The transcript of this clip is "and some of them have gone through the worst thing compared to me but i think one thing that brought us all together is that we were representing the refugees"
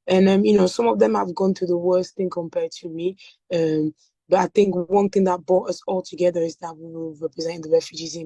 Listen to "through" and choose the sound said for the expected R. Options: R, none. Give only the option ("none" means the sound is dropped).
none